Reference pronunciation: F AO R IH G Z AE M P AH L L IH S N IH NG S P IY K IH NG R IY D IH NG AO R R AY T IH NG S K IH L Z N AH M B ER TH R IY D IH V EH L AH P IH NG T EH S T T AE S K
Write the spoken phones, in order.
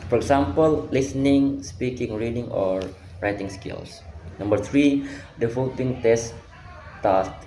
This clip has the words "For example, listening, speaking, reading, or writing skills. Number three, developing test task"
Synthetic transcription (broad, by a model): F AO R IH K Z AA M P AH L L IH S N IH NG S P IY K IH NG R IY D IH NG AO R R AY T IH NG S K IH L S N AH M B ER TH R IY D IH F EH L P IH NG T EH S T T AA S